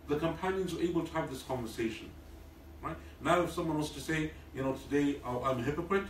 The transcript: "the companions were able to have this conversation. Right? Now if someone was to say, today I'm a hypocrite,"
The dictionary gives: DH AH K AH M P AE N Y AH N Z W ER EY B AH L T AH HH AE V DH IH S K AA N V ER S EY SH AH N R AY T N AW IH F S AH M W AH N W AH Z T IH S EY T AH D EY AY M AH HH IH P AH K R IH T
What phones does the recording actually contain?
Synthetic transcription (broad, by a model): DH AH K AH M P AE N Y AH N Z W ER EY B AH L T AH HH V DH IH S K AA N V ER S EY SH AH N R AY T N AW IH F S AH M W AH N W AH S T IH S EY T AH D EY AY M AH HH IH P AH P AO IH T